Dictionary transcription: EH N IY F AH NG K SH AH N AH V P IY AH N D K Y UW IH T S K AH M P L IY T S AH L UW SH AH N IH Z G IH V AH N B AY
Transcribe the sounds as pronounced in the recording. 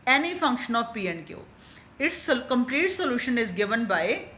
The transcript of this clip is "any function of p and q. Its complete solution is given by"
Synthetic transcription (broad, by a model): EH N IY F AH NG K SH AH N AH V P IY AH N D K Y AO IH T S K AH M P L IY T S AH L UW SH AH N IH Z G IH V AH N B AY